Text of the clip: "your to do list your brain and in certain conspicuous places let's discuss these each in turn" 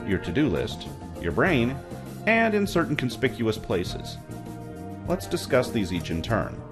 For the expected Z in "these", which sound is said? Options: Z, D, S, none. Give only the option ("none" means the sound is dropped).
Z